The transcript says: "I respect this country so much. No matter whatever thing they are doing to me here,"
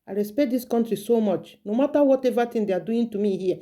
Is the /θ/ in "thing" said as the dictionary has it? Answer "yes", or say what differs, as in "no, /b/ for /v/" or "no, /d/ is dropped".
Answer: no, /t/ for /θ/